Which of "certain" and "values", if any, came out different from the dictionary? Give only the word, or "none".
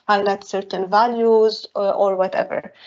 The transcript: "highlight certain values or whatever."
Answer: none